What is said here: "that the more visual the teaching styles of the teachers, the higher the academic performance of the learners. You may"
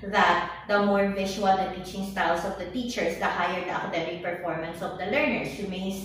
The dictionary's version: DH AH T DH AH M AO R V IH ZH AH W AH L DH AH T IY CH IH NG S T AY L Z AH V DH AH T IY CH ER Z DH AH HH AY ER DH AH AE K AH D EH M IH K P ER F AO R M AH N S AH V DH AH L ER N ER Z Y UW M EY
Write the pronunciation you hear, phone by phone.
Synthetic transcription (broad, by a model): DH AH T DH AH M AO R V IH SH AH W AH L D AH T IY CH IH NG S T AY L S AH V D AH T IY CH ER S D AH HH AY ER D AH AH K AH D EH M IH K P ER F AO R M AH N S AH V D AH L ER N ER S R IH M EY